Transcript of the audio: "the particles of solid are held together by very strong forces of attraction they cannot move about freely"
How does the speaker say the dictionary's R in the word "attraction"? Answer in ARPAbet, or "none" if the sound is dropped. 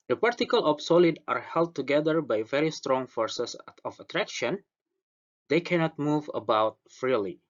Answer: R